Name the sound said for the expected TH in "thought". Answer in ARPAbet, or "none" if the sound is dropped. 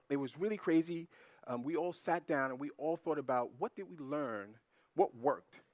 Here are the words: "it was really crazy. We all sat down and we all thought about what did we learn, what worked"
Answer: TH